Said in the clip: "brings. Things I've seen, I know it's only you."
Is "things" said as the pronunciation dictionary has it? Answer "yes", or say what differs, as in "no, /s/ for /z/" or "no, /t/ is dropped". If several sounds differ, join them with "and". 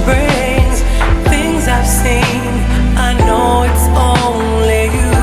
yes